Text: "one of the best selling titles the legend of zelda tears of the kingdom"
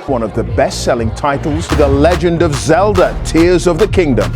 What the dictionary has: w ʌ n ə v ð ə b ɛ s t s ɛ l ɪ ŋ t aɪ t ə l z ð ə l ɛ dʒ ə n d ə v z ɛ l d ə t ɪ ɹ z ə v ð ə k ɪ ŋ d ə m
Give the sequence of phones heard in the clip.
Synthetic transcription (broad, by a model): w ʌ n ə v ð ə b ɛ s t s ɛ l ɪ ŋ t aɪ t l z ð ə l ɛ dʒ ə n d ə v z ɛ l d ə t ɪ ɹ z ə v ð ə k ɪ ŋ d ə m